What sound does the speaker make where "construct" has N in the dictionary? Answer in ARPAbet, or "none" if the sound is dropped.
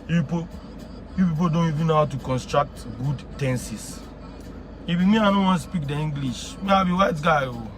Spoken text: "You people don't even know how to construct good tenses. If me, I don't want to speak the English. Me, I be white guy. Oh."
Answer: N